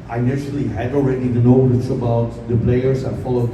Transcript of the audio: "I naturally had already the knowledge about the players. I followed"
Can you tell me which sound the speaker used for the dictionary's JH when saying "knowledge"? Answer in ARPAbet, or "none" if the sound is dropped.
CH